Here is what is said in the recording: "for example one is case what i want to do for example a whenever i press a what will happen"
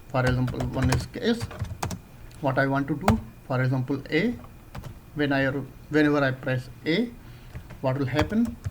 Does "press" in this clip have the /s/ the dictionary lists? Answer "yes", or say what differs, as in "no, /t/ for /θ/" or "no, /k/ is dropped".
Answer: yes